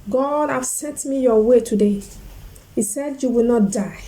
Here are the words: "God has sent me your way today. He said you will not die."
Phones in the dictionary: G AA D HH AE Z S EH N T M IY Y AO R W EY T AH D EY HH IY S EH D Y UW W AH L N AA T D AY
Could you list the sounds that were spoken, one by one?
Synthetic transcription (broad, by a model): G AA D HH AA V S EH N T M IY Y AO W EY T AH D EY HH IY S EH D Y UW W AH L N AA T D AY